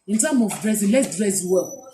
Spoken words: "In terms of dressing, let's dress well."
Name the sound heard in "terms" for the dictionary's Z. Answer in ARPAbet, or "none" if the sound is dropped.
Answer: none